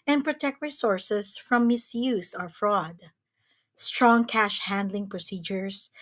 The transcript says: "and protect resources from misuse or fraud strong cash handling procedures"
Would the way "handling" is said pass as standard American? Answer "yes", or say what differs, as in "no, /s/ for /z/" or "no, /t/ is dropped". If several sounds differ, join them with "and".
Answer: yes